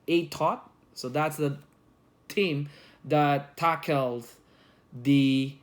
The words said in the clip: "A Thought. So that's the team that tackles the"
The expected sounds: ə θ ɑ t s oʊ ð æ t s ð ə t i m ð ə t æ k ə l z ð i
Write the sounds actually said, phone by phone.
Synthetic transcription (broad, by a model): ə t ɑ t s oʊ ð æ t s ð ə t i m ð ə t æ k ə l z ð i